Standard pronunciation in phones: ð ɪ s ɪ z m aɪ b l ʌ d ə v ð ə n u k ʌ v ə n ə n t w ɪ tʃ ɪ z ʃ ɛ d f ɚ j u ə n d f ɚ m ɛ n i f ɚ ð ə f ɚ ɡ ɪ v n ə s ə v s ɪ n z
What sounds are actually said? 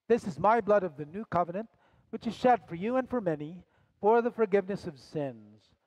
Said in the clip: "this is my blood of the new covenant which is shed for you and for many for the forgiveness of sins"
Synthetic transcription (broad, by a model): ð ɪ s ɪ z m aɪ b l ʌ d ə v ð ə n u k ʌ v ə n ə n t w ɪ tʃ ɪ z ʃ ɛ d f ɚ j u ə n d f ɚ m ɛ n i f ɚ ð ə f ɚ ɡ ɪ v n ə s ə v s ɪ n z